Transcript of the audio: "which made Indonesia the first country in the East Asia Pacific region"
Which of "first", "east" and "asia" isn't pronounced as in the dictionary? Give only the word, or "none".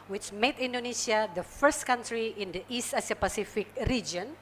asia